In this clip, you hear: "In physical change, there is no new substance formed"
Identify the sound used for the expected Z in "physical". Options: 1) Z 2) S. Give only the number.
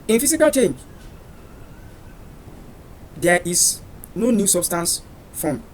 2